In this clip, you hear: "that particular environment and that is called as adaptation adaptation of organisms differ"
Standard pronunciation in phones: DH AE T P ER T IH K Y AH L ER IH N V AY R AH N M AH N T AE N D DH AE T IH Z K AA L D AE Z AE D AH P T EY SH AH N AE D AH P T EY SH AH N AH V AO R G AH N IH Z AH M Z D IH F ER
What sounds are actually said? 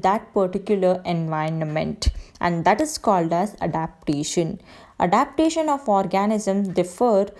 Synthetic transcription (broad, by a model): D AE T P ER T IH K Y AH L ER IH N V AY AH N M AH N T AE N D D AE T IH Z K AA L D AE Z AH D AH P T EY SH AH N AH D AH P T EY SH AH N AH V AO R G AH N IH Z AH M D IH F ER